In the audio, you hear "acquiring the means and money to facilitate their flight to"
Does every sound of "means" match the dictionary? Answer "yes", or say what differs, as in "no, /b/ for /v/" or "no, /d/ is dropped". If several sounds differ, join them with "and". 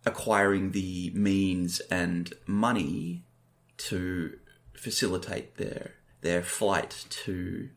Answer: yes